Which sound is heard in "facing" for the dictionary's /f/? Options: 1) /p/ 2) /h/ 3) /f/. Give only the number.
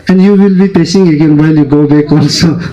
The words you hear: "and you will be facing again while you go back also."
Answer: 1